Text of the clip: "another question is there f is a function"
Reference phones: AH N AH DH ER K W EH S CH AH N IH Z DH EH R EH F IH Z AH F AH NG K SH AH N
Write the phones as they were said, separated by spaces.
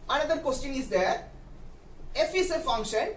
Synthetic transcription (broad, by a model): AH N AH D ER K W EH S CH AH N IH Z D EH R EH F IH S AH F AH NG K SH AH N